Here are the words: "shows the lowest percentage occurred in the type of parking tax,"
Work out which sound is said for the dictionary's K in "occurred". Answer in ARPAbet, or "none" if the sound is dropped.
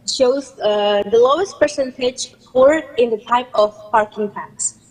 none